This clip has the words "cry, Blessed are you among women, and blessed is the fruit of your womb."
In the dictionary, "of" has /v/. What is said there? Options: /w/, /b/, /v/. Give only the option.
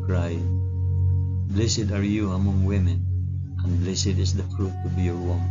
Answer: /b/